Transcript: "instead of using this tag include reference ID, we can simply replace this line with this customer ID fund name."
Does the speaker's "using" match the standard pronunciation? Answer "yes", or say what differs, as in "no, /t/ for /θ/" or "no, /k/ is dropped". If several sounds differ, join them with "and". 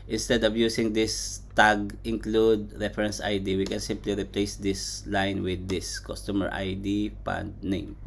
no, /s/ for /z/